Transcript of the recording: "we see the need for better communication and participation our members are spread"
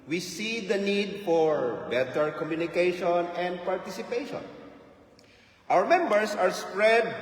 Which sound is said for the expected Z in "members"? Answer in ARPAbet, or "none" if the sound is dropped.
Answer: S